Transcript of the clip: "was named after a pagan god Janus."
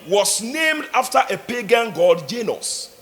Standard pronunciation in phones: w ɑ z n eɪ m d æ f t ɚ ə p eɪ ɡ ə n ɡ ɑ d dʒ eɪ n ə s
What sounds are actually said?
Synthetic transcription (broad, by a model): w ɑ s n eɪ m d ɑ f t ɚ ə p eɪ ɡ ə n ɡ ɑ d dʒ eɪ n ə s